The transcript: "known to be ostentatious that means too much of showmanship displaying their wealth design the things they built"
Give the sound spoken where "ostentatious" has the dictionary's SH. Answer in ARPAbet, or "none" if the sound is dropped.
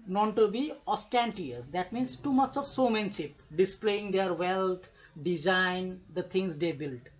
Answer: none